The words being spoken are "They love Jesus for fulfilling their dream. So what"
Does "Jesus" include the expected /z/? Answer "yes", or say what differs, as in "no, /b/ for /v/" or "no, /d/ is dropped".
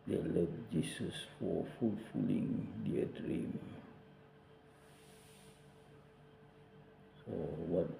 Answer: no, /s/ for /z/